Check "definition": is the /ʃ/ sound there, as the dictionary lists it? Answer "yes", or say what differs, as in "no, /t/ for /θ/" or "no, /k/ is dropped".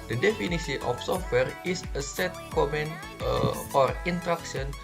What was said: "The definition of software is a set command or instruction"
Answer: no, /s/ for /ʃ/